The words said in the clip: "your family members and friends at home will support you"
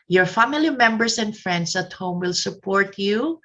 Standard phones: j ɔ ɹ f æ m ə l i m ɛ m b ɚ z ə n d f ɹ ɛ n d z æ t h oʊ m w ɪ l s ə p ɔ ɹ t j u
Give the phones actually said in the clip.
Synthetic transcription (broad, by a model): j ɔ ɹ f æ m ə l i m ɛ m b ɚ s ə n d f ɹ ɛ n d s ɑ t h oʊ m w ɪ l s ə p ɔ ɹ t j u